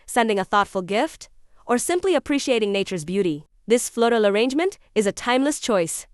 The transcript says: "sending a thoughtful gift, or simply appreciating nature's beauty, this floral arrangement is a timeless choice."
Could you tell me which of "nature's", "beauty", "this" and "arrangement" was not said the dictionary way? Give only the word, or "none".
none